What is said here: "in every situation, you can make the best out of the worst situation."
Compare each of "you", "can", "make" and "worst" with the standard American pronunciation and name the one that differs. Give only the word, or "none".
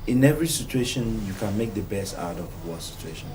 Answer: worst